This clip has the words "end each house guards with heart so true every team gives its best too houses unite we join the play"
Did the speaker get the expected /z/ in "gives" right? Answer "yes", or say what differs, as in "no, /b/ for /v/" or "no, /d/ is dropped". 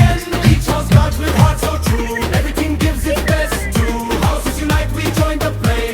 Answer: yes